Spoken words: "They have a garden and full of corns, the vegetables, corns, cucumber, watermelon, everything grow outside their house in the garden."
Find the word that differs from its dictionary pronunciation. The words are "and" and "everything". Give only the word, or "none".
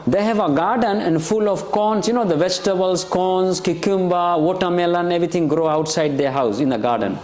everything